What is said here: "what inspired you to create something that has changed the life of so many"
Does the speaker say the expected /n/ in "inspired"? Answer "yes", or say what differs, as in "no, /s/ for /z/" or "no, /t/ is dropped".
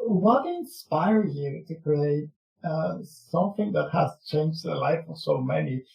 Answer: yes